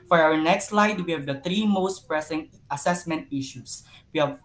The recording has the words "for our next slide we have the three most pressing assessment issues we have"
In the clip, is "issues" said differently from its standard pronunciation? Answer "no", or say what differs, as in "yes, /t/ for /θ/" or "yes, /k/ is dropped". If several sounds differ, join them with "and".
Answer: yes, /s/ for /z/